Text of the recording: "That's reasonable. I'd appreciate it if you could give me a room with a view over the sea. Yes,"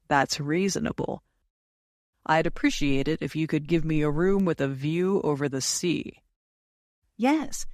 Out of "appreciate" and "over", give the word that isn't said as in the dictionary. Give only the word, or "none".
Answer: none